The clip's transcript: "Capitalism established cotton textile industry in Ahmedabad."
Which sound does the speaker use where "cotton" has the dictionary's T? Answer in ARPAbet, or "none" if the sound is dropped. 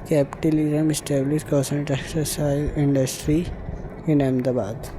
S